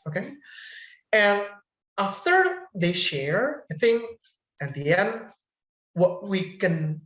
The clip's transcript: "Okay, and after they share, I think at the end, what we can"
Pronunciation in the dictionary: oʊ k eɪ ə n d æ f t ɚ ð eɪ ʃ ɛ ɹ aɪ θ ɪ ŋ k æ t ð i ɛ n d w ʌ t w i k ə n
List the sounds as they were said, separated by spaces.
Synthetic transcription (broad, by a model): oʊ k eɪ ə n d æ f t ɚ ð eɪ ʃ ɛ ɹ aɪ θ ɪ ŋ æ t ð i ɛ n d w ʌ t w i k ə n